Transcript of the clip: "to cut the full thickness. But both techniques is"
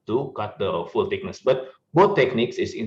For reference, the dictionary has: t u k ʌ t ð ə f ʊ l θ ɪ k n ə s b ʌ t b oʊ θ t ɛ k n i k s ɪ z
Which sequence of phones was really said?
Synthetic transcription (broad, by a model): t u k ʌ t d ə f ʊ l t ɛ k n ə s b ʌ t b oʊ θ t ɛ k n i k s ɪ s